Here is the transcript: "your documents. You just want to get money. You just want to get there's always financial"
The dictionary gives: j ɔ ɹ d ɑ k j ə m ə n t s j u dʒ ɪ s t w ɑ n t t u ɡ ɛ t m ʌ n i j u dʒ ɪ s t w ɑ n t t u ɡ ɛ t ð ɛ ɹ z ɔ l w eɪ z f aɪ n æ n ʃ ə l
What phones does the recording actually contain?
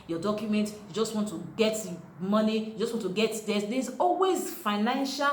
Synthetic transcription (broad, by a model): j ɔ d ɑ k j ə m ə n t j u dʒ ɪ s t w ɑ n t t u ɡ ɛ t m ʌ n i j u dʒ ɪ s t w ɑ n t t u ɡ ɛ t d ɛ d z ɔ l w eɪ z f aɪ n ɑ n ʃ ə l